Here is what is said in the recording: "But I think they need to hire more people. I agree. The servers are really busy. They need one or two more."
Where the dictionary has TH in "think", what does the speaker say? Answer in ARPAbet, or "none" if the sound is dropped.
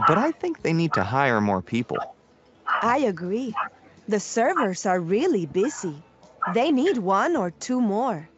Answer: TH